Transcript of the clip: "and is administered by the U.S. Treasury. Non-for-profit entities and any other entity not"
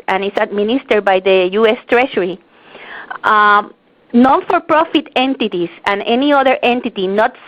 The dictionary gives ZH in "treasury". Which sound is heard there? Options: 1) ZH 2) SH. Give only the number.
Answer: 2